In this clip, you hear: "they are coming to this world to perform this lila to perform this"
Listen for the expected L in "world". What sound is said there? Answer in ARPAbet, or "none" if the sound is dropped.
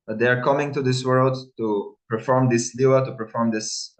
L